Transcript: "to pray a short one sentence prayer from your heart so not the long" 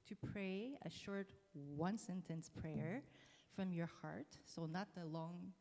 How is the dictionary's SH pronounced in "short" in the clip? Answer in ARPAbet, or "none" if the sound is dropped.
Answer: SH